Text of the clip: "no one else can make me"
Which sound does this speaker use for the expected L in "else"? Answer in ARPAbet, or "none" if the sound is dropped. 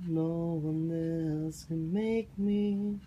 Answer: none